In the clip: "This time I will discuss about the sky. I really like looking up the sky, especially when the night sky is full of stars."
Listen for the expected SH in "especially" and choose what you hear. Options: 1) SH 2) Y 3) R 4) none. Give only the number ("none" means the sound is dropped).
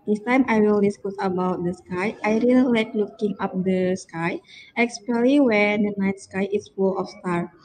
4